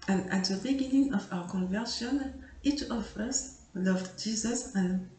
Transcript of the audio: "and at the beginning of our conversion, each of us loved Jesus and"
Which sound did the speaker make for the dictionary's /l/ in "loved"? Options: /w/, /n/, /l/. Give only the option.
/l/